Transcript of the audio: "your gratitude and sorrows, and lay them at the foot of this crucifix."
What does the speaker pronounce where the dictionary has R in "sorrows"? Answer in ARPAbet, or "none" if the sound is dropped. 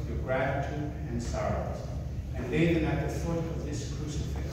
R